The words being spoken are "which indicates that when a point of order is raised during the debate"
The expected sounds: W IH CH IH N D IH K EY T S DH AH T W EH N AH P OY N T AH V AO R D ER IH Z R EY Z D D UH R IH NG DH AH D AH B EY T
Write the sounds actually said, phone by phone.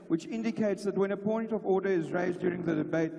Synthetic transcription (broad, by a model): W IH CH IH N D IH K EY T S DH AH T W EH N AH P OY N T AH V AO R D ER IH Z R EY Z D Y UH R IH NG DH AH D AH B EY T